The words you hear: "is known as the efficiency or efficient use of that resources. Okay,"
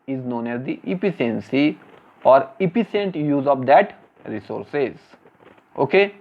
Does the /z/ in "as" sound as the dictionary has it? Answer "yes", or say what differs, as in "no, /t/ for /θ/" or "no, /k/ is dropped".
yes